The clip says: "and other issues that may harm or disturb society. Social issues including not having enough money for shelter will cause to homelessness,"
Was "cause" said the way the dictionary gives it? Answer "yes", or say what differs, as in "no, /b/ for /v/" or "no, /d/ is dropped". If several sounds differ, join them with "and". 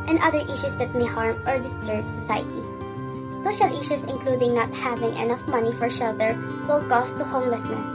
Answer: no, /s/ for /z/